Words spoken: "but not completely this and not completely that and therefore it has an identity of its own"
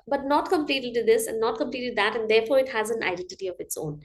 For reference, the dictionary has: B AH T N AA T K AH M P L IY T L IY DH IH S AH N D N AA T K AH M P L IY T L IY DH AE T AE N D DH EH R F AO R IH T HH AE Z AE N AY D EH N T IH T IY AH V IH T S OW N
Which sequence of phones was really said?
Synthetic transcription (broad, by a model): B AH T N AA T K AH M P L IY T L IY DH IH S AH N D N AA T K AH M P L IY T L IY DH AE T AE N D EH R F AO R IH T HH AE Z AE N AY D EH N T IH T IY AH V IH T S OW N